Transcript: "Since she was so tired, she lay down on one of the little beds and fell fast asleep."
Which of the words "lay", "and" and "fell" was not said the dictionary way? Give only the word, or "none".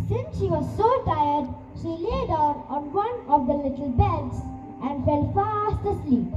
none